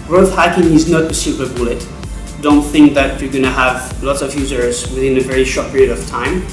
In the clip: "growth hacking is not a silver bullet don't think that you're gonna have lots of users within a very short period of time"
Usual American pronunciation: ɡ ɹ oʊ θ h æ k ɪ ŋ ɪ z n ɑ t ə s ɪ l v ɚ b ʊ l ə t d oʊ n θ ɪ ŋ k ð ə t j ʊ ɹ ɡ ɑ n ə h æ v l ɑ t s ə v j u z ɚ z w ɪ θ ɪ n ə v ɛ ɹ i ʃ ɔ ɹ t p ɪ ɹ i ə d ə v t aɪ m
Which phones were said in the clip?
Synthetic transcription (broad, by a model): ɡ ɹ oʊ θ h æ k ɪ ŋ ɪ z n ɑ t ə s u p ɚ b ʊ l ə t d oʊ n θ ɪ ŋ k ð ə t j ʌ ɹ ɡ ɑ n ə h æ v l ɑ t s ə v j u z ɚ z w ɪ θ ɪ n ə v ɛ ɹ i ʃ ɔ ɹ t p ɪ ɹ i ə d ə v t aɪ m